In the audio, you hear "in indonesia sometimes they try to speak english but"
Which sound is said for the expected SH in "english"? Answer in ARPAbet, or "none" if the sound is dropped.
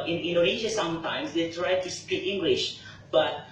SH